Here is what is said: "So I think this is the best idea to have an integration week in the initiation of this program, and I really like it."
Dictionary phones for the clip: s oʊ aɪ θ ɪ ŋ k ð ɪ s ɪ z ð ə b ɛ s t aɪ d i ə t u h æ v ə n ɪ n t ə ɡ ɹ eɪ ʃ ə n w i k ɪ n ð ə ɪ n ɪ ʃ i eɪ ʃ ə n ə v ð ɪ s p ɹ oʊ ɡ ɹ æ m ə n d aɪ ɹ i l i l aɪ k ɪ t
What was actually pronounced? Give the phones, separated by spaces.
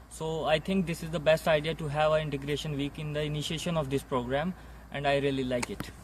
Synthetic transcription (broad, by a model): s oʊ aɪ t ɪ ŋ k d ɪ s ɪ z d ə b ɛ s t aɪ d i ə t u h æ v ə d ɪ n t ə ɡ ɹ eɪ ʃ ə n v i k ɪ n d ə ɪ n ɪ ʃ i eɪ ʃ ə n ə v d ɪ s p ɹ oʊ ɡ ɹ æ m ə n d aɪ ɹ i l i l aɪ k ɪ t